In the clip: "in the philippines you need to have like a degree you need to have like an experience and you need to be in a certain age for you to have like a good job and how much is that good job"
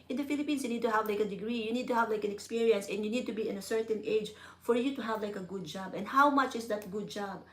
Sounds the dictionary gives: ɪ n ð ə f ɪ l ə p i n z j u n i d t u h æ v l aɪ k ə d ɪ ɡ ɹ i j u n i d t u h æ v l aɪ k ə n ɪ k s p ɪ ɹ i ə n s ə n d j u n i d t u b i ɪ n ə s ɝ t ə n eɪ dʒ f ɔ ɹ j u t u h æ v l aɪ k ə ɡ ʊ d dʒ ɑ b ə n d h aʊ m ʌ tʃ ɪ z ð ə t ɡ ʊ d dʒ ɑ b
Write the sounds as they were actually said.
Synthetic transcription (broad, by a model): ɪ n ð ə f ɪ l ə p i n s j u n i d t u h æ v l aɪ k ə d ɪ ɡ ɹ i j u n i d t u h æ v l aɪ k ə n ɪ k s p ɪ ɹ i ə n s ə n j u n i d t u b i ɪ n ə s ɝ t ə n eɪ dʒ f ɔ ɹ j u t u h æ v l aɪ k ə ɡ ʊ d dʒ ɑ b ə n d h aʊ m ʌ tʃ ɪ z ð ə t ɡ ʊ d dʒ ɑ b